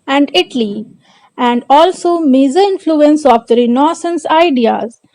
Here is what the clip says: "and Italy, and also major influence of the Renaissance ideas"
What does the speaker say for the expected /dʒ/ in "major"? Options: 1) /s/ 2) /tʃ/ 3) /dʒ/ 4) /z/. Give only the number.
4